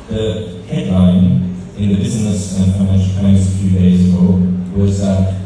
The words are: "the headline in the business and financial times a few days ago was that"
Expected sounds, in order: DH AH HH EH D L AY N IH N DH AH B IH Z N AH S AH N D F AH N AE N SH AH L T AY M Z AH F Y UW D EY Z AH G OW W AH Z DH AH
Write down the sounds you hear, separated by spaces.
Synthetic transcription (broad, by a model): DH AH HH EH D L AY N IH N DH AH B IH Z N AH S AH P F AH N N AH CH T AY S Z AH F Y UW D EY Z AH G OW W AH Z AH